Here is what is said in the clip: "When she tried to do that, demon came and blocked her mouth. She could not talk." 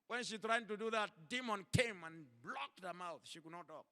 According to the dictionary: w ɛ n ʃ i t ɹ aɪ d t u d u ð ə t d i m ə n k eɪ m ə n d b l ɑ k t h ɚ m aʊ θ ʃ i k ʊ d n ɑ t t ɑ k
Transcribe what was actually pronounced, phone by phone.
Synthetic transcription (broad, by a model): w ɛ n ʃ i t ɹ aɪ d t u d u ð ə t d i m ə n k eɪ m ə n b l ɑ k t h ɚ m aʊ θ ʃ i k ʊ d n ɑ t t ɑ k